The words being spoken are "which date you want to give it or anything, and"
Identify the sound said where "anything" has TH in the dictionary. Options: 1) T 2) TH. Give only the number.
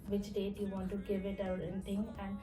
1